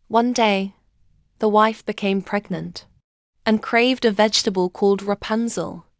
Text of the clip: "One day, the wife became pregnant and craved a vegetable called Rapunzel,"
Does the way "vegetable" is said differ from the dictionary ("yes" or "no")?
no